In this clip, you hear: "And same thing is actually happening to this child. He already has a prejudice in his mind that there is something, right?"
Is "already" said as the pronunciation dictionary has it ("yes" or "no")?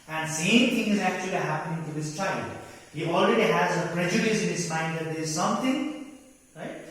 yes